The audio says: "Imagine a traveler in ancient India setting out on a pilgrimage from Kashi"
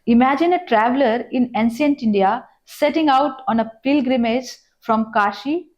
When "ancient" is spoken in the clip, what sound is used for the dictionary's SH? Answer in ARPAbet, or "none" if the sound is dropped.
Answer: S